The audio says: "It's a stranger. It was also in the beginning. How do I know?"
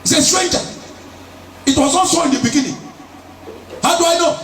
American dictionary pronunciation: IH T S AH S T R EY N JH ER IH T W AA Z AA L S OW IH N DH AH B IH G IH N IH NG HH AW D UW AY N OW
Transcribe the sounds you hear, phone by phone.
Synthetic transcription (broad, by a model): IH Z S AH S T R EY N JH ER IH T W AA Z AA N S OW IH N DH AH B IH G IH N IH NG HH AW D UW AY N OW